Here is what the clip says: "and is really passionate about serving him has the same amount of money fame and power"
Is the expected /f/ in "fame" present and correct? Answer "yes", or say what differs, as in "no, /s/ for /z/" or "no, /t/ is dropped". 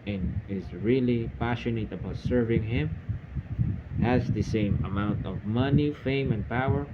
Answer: yes